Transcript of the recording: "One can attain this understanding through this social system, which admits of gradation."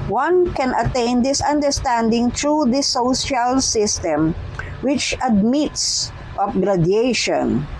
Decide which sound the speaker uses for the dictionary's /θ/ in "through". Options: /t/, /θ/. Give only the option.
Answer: /t/